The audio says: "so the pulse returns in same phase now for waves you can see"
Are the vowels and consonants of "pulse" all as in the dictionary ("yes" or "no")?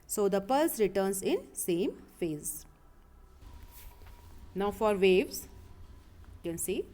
yes